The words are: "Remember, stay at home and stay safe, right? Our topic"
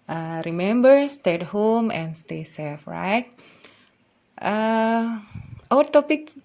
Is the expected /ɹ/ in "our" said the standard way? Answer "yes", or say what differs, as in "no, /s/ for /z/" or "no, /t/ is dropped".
no, /w/ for /ɹ/